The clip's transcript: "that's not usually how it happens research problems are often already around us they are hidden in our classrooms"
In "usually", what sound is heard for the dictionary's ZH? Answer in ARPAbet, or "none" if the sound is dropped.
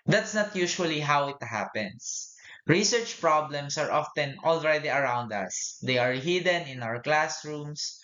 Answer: SH